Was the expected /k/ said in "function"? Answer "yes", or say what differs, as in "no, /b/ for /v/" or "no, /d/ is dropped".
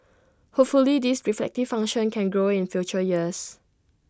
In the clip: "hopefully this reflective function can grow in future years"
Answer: no, /k/ is dropped